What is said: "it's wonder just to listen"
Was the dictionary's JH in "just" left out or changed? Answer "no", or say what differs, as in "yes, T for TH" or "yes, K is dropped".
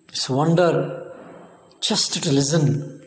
yes, CH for JH